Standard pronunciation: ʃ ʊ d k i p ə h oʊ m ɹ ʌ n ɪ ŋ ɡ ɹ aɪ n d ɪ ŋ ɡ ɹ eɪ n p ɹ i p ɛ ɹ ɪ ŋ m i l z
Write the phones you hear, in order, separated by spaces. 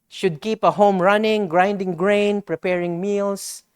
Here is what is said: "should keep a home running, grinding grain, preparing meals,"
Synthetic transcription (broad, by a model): ʃ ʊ d k i p ə h oʊ m ɹ ʌ n ɪ ŋ ɡ ɹ aɪ n d ɪ ŋ ɡ ɹ eɪ n p ɹ i p ɛ ɹ ɪ ŋ m i l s